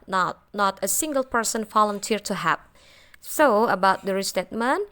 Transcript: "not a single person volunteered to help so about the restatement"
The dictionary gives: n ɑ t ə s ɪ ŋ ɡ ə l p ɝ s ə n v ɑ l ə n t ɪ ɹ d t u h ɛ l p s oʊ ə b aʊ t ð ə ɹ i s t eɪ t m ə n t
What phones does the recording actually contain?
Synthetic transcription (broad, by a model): n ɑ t ə s ɪ ŋ ɡ ə l p ɝ s ə n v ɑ l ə n t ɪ ɹ t u h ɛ p s oʊ ə b aʊ t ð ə ɹ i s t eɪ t m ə n